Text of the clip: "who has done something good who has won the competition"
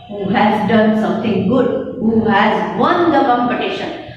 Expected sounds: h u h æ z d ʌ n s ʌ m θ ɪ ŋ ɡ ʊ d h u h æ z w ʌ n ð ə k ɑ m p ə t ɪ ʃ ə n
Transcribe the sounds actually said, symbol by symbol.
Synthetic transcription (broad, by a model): h u h æ z d ʌ n s ʌ m t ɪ ŋ ɡ ʊ d h u h æ z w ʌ n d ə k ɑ m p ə t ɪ ʃ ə n